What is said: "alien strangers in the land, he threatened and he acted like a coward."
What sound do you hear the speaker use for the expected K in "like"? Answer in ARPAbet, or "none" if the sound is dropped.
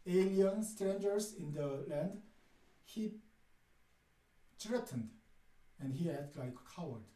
none